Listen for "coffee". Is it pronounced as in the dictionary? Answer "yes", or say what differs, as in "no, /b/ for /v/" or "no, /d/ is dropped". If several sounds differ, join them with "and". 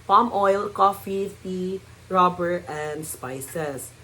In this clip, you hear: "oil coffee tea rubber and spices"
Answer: yes